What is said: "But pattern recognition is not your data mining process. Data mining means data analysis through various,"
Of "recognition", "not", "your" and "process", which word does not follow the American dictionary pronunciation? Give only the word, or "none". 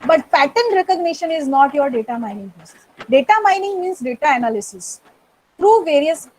process